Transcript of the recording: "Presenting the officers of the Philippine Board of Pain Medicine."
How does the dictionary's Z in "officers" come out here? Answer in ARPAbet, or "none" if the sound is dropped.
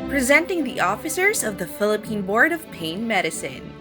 Z